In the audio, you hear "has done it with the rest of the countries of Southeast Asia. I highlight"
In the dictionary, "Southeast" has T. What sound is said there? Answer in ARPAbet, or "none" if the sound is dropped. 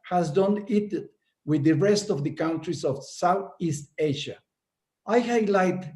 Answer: T